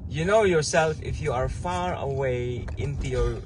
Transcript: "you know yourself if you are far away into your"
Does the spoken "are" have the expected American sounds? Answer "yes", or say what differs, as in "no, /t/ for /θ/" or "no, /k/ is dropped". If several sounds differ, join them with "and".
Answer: yes